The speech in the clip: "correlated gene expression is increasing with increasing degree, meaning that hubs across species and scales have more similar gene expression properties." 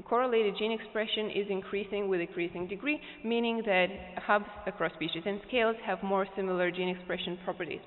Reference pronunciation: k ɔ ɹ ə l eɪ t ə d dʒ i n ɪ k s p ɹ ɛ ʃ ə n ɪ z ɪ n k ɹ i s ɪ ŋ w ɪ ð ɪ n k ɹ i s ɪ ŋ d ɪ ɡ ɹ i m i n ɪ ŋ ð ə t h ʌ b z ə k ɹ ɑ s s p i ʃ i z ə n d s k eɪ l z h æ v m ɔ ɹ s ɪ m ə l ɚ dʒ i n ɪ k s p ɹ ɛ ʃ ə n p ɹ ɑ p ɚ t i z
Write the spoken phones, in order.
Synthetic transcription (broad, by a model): k ɔ ɹ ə l eɪ t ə d dʒ i n ɪ k s p ɹ ɛ ʃ ə n ɪ z ɪ n k ɹ i s ɪ ŋ w ɪ ð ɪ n k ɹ i s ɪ ŋ d ɪ ɡ ɹ i m i n ɪ ŋ ð ə t h ʌ b z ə k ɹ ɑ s s p i ʃ i z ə n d s k eɪ l z h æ v m ɔ ɹ s ɪ m l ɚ dʒ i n ɪ k s p ɹ ɛ ʃ ə n p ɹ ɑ p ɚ t i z